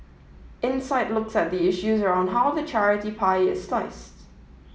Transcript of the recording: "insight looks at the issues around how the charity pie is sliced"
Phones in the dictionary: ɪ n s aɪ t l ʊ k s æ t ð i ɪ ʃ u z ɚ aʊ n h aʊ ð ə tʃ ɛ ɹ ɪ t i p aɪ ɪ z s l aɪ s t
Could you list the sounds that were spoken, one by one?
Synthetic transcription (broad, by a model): ɪ n s aɪ t l ʊ k s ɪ t ð i ɪ ʃ u z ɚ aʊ n h aʊ ð ə tʃ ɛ ɹ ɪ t i p aɪ ɪ z s l aɪ s t